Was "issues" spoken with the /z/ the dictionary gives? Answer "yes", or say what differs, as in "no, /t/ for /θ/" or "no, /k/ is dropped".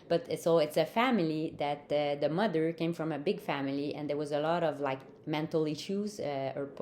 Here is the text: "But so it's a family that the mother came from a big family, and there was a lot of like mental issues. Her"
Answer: yes